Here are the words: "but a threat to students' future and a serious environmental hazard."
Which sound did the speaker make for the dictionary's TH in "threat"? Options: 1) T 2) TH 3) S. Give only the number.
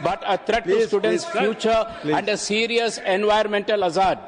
1